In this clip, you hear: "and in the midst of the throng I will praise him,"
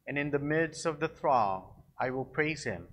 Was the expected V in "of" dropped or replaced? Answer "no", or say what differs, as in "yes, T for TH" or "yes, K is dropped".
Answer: no